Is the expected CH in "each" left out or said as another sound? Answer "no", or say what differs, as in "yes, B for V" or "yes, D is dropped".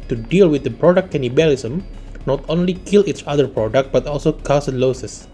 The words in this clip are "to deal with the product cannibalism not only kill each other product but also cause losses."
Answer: no